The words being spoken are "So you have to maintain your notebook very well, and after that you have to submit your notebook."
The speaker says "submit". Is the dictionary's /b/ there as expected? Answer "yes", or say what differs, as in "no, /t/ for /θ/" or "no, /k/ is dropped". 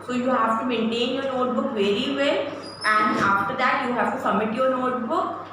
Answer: no, /b/ is dropped